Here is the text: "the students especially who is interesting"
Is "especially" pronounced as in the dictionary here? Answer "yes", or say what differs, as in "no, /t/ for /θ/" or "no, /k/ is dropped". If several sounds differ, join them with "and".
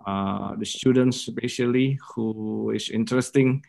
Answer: no, /p/ is dropped and /ʃ/ is dropped